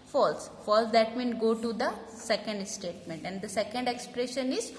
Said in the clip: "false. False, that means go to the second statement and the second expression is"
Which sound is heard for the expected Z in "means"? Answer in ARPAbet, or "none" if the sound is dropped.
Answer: none